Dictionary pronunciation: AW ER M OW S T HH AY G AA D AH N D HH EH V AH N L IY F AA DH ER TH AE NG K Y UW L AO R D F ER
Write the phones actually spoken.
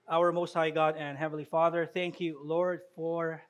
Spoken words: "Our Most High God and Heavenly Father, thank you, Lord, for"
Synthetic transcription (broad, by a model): AW ER M OW S T HH AY G AA D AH N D HH EH V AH N L IY F AA DH ER TH AE NG K Y UW L AO R D F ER